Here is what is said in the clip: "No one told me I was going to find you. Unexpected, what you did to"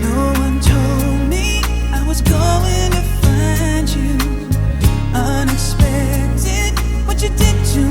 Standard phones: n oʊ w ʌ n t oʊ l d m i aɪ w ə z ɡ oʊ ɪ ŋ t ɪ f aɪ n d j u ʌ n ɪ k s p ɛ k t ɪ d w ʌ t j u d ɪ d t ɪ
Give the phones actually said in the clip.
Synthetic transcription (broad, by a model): n oʊ w ʌ n t oʊ l d m i aɪ w ə z ɡ oʊ ɪ ŋ t ɪ f aɪ n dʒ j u ʌ n ɪ k s p ɛ k t ɪ d w ʌ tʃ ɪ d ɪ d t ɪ